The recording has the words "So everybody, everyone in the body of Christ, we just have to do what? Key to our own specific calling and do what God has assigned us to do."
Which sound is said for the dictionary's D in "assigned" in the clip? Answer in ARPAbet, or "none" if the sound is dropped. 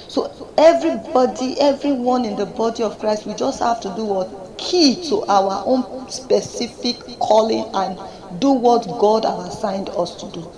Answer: D